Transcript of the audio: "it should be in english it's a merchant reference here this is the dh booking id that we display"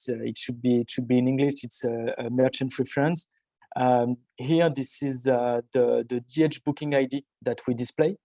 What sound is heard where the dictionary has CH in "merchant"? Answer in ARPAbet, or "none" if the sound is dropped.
CH